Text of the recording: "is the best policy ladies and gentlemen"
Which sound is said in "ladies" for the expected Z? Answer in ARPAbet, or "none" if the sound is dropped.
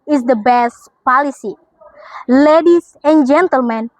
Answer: S